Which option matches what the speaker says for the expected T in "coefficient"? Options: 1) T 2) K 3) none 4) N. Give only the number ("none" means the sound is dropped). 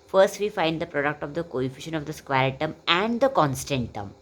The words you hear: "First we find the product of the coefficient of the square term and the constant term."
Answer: 3